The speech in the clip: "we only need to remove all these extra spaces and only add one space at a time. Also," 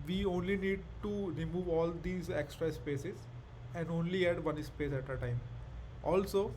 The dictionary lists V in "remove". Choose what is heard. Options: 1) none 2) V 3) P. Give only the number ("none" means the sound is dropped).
2